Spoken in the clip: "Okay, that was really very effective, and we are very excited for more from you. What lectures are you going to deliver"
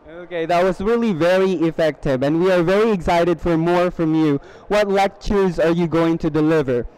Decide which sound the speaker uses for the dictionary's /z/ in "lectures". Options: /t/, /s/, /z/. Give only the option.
/z/